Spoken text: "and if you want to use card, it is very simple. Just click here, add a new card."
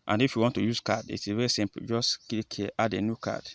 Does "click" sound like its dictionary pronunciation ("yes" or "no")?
no